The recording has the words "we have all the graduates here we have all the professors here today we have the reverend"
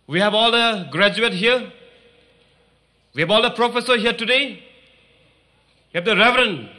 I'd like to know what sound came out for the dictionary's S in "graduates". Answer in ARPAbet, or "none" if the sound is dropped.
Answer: none